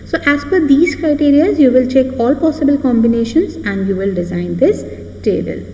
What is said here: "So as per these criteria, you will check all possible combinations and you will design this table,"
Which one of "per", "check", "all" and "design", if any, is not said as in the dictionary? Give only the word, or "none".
per